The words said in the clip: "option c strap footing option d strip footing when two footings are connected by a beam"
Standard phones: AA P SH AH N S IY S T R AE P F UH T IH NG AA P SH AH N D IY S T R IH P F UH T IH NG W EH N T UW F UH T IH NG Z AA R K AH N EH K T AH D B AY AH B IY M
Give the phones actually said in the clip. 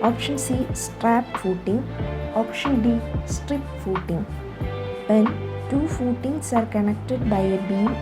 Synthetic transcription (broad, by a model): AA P SH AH N S IY S T R AE P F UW T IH NG AA P SH AH N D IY S T R IH P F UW T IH NG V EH N T UW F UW T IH NG S AA R K AH N EH K T AH D B AY AH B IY